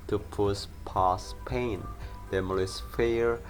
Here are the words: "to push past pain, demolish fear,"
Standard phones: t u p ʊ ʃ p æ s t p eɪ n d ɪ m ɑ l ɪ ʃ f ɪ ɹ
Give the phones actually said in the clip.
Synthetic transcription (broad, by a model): t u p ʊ s p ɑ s p eɪ n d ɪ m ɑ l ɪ s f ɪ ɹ